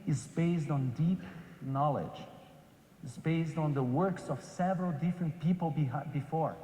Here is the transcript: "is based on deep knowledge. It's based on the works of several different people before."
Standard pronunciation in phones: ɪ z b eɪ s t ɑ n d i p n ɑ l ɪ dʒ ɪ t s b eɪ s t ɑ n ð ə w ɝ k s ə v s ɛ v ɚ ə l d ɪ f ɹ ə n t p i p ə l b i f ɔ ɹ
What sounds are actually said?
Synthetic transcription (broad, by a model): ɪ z b eɪ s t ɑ n d i p n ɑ l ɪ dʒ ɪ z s b eɪ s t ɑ n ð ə w ɝ k s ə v s ɛ v ɚ ə l d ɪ f ɹ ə n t p i p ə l b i f ɔ ɹ